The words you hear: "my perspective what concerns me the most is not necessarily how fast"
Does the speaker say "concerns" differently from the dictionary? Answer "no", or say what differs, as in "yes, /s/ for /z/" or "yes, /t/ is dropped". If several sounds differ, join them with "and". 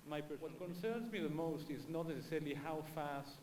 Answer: no